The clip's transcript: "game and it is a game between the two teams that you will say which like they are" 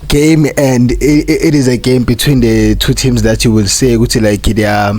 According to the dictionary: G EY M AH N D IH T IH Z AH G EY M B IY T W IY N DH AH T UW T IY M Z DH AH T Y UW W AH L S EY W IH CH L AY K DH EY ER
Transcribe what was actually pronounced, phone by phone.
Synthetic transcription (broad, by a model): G EY M AH N D IH T IH Z AH G EY M B IY T W IY N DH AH T UW T IY M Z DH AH T Y UW W AH L S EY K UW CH L AY K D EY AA